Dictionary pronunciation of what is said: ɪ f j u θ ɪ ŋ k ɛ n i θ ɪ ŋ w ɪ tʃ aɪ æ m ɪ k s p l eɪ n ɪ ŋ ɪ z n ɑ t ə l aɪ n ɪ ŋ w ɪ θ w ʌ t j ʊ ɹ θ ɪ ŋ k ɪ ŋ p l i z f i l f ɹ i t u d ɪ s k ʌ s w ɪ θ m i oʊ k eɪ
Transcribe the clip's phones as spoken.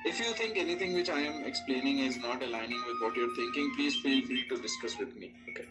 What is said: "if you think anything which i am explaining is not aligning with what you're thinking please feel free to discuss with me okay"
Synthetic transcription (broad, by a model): ɪ f j u t ɪ ŋ k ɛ n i t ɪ ŋ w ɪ tʃ aɪ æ m ɪ k s p l eɪ n ɪ ŋ ɪ z n ɑ t ə l aɪ n ɪ ŋ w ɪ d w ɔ t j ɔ ɹ t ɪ ŋ k ɪ ŋ p l i z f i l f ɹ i t u d ɪ s k ʌ s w ɪ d m i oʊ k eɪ